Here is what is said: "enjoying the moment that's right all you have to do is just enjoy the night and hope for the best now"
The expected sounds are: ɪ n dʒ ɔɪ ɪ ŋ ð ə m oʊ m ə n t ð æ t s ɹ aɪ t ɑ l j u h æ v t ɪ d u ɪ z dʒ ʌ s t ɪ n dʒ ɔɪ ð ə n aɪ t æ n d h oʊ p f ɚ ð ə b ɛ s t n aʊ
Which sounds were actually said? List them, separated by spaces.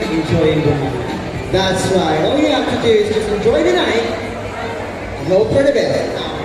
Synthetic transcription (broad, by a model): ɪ n dʒ ɔɪ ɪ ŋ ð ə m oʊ ə t ð æ t s w aɪ ɑ l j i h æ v t ɪ d u ɪ z dʒ ʌ s t ɪ n dʒ ɔɪ ð ə n aɪ t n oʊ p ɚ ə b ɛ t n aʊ